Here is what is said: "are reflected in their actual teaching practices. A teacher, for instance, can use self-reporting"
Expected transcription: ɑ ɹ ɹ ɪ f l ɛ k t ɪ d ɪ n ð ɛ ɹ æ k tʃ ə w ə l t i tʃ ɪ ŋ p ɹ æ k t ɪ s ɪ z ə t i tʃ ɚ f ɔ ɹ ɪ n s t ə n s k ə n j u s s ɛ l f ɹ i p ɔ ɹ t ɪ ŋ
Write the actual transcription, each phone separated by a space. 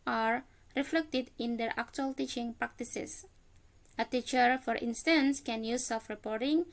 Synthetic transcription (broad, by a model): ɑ ɹ ɹ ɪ f l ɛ k t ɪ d ɪ n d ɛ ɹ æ k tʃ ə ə l t i tʃ ɪ ŋ p ɹ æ k t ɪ s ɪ s ə t i tʃ ɚ f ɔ ɹ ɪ n s t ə n s k ə n j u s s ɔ f ɹ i p ɔ ɹ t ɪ ŋ